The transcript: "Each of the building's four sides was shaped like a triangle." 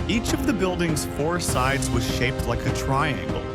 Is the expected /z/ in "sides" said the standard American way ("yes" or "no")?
yes